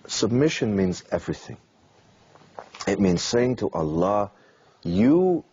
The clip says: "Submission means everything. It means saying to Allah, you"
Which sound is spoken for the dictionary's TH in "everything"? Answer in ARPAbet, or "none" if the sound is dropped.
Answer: TH